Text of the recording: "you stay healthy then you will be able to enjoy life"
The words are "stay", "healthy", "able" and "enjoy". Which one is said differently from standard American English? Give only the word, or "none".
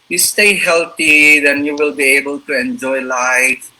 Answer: healthy